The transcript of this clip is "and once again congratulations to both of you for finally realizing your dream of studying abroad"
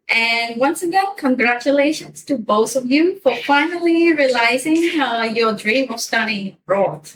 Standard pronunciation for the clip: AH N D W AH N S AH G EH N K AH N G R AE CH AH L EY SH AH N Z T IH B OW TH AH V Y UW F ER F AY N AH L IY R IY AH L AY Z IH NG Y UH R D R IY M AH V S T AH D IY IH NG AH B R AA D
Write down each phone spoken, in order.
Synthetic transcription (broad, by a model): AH N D W AH N S AH G EH N K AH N G R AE CH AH L EY SH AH N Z T IH B OW TH AH V Y UW F ER F AY N AH L IY R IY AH L AY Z IH NG Y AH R D R IY M AH V S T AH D IY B R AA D